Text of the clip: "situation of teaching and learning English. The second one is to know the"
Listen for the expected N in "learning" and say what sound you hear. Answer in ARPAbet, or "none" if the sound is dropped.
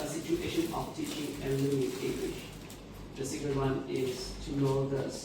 none